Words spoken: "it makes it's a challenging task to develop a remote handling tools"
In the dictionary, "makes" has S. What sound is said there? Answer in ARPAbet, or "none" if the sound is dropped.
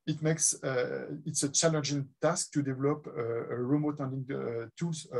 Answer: S